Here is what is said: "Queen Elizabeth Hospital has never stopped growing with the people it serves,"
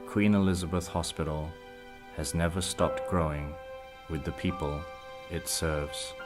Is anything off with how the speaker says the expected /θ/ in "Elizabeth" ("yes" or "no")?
no